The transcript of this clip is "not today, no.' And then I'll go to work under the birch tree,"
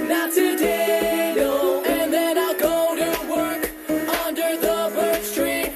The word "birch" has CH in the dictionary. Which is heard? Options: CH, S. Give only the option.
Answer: S